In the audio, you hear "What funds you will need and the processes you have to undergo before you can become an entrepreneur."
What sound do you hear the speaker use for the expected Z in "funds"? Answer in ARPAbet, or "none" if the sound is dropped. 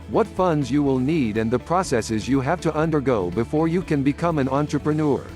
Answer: Z